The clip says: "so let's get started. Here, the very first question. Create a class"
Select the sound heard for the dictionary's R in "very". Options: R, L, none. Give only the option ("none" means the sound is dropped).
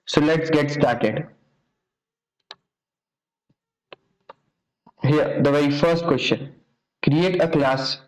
none